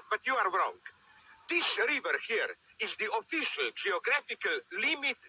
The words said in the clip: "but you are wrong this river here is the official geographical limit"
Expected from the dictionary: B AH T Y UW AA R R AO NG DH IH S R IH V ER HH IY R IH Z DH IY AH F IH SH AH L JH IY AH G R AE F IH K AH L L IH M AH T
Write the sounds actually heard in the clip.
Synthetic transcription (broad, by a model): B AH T Y UW AA R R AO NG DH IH S R IH V ER HH IY R IH Z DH IY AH F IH SH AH L JH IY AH G R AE F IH K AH L L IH M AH T